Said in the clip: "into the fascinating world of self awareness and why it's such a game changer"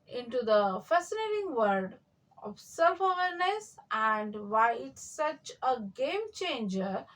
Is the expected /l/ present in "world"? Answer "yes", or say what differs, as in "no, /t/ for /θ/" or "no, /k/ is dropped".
no, /l/ is dropped